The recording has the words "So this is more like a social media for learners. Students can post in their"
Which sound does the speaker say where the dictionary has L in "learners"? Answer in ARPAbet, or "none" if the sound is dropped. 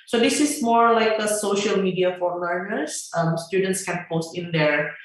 N